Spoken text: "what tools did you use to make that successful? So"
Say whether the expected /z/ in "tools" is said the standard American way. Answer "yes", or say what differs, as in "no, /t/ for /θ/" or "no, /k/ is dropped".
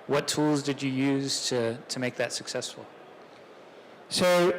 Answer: yes